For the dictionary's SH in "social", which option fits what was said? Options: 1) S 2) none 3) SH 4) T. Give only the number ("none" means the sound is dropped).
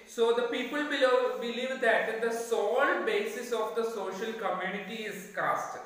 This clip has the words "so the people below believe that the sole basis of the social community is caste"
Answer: 3